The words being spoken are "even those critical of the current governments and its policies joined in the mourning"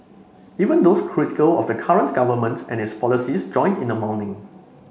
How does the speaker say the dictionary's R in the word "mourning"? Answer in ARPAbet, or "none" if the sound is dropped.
W